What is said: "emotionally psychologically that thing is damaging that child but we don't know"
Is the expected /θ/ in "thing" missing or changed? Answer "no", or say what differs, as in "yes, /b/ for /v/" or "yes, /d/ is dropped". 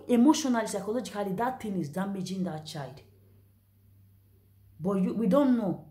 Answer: yes, /t/ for /θ/